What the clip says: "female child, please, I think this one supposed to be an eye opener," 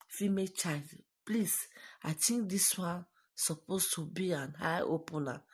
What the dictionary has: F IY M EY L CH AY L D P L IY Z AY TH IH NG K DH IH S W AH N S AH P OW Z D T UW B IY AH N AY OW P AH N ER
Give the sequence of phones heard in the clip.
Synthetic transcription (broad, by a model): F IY M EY CH AY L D P L IY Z AY T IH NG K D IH S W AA N S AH P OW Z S T UW B IY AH N AY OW P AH N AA